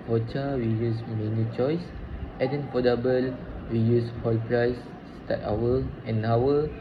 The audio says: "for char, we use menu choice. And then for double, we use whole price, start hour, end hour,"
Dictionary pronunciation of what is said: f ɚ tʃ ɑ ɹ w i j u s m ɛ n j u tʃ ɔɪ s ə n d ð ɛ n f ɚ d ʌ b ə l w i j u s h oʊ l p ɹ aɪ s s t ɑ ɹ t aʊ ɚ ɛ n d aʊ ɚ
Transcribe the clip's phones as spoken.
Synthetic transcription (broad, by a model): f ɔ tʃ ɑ w i j u s m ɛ n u tʃ ɔɪ s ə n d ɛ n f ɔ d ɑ b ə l w i j u s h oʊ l p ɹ aɪ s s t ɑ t aʊ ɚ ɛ n aʊ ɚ